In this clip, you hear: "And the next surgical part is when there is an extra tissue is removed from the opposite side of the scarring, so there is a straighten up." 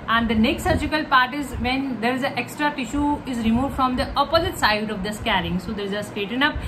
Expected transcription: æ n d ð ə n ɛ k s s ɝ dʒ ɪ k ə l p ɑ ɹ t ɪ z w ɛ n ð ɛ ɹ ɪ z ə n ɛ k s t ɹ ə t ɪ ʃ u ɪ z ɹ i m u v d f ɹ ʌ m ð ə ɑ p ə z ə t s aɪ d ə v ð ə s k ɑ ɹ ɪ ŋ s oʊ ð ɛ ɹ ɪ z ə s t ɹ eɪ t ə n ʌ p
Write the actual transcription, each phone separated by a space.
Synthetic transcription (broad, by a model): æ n d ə n ɛ k s s ɝ dʒ ɪ k ə l p ɑ ɹ t ɪ z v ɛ n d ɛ ɹ ɪ z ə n ɛ k s t ɹ ə t ɪ ʃ u ɪ z ɹ i m u v d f ɹ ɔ m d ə ɑ p ə z ə t s aɪ d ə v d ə s k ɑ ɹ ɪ ŋ s oʊ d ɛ ɹ ɪ z ə s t eɪ t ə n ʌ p